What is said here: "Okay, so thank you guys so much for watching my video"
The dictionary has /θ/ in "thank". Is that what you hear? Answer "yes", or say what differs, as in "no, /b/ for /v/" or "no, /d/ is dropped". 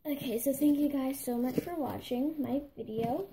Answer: yes